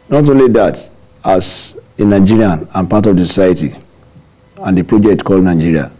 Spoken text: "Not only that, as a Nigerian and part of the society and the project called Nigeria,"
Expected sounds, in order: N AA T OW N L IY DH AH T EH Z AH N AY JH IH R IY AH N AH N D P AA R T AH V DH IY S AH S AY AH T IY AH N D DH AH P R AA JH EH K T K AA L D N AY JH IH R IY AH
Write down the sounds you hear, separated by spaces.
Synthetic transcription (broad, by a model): N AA T OW N L IY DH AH T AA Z AH N AY JH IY R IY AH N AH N P AA T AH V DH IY S AH S AY AH T IY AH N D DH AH P R AA JH EH K T K AA L D N AY JH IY R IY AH